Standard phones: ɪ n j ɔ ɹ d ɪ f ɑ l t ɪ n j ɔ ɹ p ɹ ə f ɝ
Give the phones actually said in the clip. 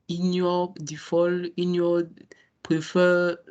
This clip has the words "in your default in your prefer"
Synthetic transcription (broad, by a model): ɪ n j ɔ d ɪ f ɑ l ɪ n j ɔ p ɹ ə f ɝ